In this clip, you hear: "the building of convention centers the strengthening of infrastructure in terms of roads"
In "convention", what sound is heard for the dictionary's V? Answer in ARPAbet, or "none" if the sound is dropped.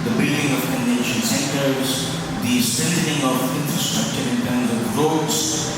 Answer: none